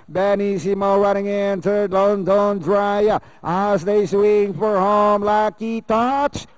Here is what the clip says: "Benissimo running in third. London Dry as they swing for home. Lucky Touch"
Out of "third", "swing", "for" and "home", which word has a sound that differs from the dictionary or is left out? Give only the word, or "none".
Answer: third